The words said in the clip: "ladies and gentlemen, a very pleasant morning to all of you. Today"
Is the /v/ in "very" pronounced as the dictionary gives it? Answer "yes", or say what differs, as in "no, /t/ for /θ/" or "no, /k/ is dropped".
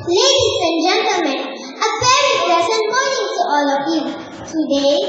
no, /p/ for /v/